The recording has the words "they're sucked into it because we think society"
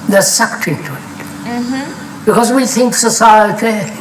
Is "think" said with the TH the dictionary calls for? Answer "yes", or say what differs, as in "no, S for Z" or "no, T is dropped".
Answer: yes